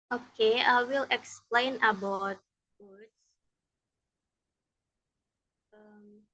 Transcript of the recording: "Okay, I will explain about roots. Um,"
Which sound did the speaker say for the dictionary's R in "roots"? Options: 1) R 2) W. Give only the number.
2